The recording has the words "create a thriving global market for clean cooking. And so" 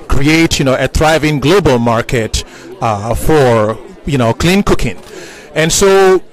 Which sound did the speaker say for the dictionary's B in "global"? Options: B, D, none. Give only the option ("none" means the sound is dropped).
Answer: B